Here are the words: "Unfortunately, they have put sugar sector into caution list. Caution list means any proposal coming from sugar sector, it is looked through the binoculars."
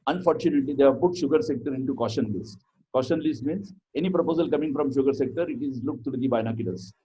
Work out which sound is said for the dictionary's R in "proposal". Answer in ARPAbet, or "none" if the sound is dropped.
R